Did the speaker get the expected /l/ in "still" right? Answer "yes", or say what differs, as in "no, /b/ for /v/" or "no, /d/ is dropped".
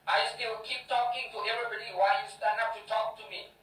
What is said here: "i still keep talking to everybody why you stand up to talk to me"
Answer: no, /w/ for /l/